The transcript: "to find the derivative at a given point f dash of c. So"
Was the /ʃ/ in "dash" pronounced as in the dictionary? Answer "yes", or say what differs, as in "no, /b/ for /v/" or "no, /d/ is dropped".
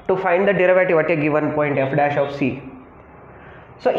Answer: yes